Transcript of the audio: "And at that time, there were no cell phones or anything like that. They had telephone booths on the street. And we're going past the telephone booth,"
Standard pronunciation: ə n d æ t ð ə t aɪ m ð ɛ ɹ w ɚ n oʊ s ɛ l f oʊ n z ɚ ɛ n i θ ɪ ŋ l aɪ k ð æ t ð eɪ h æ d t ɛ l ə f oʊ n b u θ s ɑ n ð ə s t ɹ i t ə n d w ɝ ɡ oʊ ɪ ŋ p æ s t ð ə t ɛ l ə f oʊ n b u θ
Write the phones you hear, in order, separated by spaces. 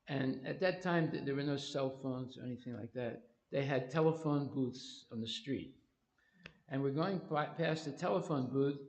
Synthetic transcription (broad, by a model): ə n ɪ t ð ə t aɪ m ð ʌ ɹ w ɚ n oʊ s ɛ l f oʊ n z ɚ ɛ n i θ ɪ ŋ l aɪ k ð æ t ð eɪ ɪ d t ɛ l ə f oʊ n b u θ s n ð ə s t ɹ i t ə n w ɝ ɡ oʊ ɪ ŋ p æ s ð ə t ɛ l ə f oʊ n b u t